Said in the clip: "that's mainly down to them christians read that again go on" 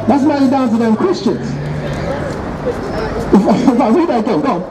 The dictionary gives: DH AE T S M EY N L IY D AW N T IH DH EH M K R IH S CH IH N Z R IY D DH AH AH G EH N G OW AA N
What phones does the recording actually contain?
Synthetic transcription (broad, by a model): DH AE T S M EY L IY D AW N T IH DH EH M K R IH S CH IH N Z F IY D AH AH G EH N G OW